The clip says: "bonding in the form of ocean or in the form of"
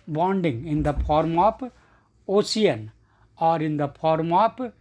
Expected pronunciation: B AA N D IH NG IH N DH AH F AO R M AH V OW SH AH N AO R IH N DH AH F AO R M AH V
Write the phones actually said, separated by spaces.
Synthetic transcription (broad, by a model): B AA N D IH NG IH N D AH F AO R M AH P OW S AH N AO R IH N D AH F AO R M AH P